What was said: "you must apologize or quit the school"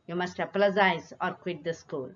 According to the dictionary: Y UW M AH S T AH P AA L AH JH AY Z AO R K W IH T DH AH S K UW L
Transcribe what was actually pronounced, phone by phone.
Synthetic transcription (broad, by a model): Y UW M AH S T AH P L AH Z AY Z AO R K W IH T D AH S K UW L